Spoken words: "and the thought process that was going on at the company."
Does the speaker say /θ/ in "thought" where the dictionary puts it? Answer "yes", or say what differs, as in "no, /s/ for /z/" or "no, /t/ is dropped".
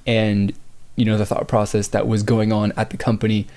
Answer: yes